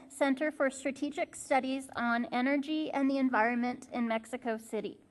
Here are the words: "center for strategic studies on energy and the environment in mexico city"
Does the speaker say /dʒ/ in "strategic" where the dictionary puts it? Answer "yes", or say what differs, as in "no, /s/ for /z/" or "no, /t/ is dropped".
yes